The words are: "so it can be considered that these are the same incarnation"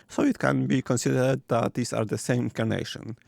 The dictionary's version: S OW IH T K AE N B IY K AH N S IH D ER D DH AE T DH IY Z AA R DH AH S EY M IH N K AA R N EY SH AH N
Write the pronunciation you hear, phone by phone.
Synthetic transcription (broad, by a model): S OW IH T K AE N B IY K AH N S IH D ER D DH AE T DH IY S AA R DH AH S EY IH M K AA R N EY SH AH N